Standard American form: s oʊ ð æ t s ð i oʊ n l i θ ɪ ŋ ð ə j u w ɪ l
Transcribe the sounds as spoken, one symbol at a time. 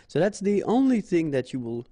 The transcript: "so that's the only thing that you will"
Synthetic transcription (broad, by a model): s oʊ ð æ t s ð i oʊ n l i θ ɪ ŋ ð ə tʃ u w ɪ l